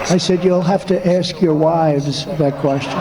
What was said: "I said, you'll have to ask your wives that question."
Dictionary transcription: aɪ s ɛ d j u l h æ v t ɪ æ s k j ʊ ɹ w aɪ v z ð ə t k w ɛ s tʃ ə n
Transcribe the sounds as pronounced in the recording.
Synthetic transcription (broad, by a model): aɪ s ɛ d j u l h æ f t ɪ æ s k j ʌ ɹ w aɪ v z ð ə t k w ɛ s tʃ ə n